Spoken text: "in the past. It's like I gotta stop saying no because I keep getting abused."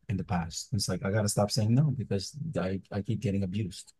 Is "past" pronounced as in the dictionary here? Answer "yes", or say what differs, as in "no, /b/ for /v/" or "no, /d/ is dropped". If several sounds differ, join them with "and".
yes